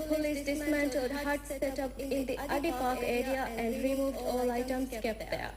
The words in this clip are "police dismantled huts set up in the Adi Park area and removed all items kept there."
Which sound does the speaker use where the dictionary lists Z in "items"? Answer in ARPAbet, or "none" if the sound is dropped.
S